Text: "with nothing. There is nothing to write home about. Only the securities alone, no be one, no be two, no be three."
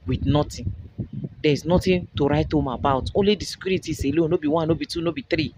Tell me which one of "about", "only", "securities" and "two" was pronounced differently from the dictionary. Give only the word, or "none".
securities